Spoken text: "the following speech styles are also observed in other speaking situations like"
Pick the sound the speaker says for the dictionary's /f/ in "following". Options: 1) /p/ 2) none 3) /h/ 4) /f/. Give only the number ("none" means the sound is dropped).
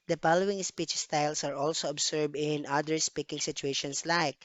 1